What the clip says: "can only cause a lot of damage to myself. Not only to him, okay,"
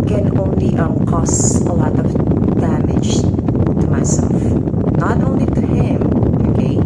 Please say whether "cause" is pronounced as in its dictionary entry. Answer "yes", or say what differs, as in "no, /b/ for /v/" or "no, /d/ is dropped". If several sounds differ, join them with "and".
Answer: no, /s/ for /z/